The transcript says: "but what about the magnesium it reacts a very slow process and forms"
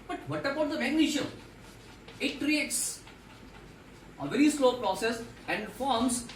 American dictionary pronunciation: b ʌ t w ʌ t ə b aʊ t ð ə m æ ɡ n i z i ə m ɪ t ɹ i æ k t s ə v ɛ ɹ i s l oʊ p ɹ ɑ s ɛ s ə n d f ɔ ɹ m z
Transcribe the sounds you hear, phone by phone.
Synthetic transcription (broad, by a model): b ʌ t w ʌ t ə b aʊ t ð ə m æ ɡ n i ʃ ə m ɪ t ɹ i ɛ t s ə v ɛ ɹ i s l oʊ p ɹ ɑ s ɛ s ə n d f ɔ ɹ m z